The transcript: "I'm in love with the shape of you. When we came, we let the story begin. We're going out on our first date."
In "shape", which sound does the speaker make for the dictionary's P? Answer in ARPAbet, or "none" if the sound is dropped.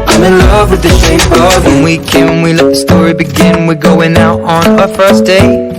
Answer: none